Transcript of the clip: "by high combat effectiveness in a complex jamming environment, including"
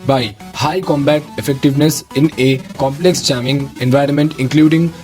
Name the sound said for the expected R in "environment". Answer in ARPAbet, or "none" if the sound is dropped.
R